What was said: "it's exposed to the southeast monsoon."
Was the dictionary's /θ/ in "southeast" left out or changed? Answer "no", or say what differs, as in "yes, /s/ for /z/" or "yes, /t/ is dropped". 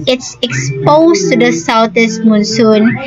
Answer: yes, /t/ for /θ/